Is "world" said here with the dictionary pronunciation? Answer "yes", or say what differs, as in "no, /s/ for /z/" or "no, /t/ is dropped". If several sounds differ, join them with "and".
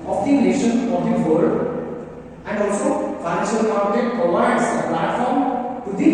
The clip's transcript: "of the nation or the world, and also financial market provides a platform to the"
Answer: no, /l/ is dropped